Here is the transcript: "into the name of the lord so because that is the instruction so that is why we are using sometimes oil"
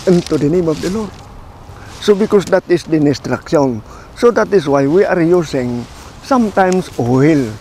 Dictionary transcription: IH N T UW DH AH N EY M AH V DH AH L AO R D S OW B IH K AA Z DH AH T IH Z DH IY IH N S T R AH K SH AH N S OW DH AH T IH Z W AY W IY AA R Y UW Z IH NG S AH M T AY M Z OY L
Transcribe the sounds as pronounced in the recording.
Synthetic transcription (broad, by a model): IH N T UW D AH N EY M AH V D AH L AO R D S OW B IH K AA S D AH T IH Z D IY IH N S T R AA K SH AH N S OW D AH T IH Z W AY W IY AA R Y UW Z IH NG S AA M T AY M S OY L